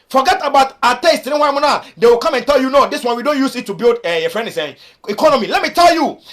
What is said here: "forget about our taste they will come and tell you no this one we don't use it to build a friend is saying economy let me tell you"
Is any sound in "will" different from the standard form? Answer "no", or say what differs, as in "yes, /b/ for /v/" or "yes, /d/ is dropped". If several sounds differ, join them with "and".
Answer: yes, /w/ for /l/